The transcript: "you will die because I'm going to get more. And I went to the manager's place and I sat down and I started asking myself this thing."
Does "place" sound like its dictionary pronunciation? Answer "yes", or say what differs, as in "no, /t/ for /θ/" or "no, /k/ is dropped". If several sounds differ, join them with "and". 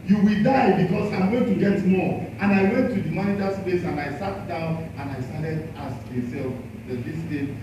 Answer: no, /l/ is dropped